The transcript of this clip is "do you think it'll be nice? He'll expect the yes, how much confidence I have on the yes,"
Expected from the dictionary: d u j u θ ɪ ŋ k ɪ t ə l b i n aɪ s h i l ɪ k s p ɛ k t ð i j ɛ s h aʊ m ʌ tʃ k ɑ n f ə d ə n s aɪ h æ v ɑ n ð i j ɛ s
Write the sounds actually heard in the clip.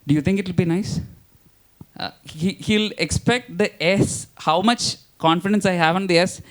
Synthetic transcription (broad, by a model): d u j u t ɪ ŋ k ɪ t ə l b i n aɪ s h i l ɪ k s p ɛ k t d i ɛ s h aʊ m ʌ tʃ k ɑ n f ə d ə n s aɪ h æ v ɑ n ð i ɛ s